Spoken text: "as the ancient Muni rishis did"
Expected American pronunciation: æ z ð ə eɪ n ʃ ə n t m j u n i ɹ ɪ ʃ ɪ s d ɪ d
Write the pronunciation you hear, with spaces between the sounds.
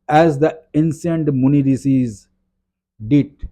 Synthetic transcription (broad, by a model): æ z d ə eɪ n s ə n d m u n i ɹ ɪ s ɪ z d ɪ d